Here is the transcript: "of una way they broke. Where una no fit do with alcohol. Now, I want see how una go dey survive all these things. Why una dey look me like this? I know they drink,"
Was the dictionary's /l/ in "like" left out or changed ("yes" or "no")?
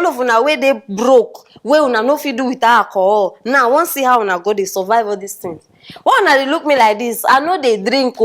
no